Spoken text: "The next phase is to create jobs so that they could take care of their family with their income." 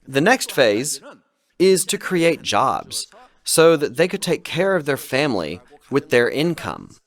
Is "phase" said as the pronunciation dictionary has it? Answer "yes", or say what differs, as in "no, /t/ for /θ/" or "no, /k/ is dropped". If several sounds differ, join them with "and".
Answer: yes